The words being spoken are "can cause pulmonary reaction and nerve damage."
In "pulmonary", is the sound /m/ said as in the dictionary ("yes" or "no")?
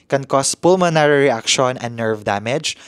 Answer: yes